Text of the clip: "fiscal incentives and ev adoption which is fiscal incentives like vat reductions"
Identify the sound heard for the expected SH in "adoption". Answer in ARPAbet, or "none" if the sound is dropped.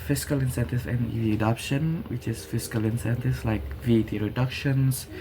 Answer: SH